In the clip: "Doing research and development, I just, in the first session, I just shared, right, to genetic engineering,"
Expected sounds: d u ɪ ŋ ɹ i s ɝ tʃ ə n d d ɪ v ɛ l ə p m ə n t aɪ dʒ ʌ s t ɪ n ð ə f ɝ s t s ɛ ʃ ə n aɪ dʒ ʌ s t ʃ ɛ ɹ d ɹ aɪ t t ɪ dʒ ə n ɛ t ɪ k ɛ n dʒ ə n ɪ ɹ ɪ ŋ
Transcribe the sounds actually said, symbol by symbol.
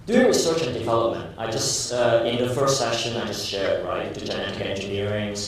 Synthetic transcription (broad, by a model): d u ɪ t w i s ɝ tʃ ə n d d ɪ v ɛ l ə p m ə n t aɪ dʒ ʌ s t ɪ n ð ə f ɝ s t s ɛ ʃ ə n aɪ dʒ ʌ s t ʃ ɛ ɹ d ɹ aɪ t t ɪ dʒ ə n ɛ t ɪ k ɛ n dʒ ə n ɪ ɹ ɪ ŋ